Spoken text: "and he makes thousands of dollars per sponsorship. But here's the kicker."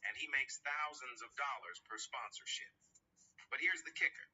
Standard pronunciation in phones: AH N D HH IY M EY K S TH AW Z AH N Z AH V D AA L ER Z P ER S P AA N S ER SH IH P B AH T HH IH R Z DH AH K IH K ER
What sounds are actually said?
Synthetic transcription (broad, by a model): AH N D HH IY M EY K S TH AW Z AH N Z AH V D AA L ER Z P ER S P AA N S ER SH IH P B AH T HH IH R Z DH AH K IH K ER